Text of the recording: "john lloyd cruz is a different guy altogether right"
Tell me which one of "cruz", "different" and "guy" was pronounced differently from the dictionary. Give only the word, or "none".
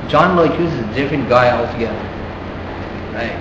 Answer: cruz